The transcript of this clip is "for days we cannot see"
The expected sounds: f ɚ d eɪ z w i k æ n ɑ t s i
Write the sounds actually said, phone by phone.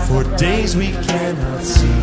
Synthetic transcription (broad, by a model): f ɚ d eɪ z w i k æ n ɑ t s i